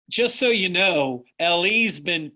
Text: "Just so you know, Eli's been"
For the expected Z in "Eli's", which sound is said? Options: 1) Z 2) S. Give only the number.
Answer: 1